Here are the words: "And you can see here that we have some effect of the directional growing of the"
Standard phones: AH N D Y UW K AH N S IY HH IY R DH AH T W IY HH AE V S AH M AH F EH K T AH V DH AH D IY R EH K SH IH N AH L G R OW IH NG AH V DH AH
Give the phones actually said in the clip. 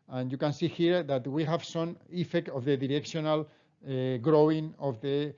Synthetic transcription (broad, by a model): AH N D Y UW K AH N S IY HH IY R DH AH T W IY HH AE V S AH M AH F EH K T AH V DH AH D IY R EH K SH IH N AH L G R OW IH NG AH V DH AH